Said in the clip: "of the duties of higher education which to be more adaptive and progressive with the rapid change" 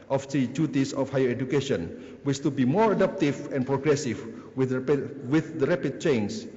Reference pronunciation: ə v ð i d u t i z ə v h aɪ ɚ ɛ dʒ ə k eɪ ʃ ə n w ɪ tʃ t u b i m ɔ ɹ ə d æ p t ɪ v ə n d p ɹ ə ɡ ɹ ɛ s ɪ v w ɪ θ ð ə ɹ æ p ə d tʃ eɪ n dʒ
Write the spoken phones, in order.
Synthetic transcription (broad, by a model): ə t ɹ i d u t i s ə f h aɪ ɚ ɛ dʒ ə k eɪ ʃ ə n w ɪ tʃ t u b i m ɔ ɹ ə d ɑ p t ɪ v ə n p ɹ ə ɡ ɹ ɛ s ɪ w w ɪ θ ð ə ɹ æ p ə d tʃ eɪ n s